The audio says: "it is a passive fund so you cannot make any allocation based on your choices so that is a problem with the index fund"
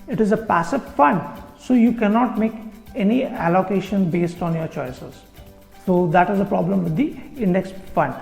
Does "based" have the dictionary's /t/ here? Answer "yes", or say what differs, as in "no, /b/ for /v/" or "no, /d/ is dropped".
yes